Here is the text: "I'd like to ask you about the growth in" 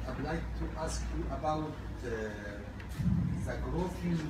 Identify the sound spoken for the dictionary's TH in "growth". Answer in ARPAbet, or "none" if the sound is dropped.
F